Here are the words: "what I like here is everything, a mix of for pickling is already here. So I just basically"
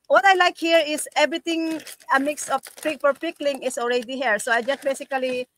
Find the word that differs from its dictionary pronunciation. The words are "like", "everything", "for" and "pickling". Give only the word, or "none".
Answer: everything